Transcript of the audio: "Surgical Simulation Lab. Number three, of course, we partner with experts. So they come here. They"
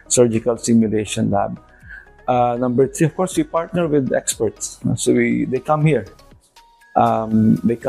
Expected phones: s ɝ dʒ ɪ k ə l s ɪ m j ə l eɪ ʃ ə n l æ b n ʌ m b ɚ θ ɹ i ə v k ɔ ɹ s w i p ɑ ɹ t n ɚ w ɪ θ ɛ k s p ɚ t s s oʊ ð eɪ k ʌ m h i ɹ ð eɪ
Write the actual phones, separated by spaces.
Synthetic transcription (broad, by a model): s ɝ dʒ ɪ k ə l s ɪ m j ə l eɪ ʃ ə n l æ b n ʌ m b ɚ t ɹ i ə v k ɔ ɹ s w i p ɑ ɹ t n ɚ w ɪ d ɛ k s p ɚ t s s oʊ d eɪ k ʌ m h i ɹ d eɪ